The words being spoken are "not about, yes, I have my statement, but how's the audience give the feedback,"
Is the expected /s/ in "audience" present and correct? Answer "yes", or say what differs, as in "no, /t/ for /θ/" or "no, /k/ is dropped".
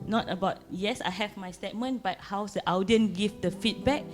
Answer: no, /s/ is dropped